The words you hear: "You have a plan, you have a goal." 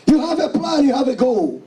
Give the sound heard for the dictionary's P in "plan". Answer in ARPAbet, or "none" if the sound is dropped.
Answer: P